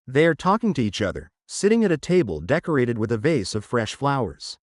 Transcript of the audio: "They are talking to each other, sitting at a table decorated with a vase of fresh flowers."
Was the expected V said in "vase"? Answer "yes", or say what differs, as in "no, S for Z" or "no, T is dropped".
yes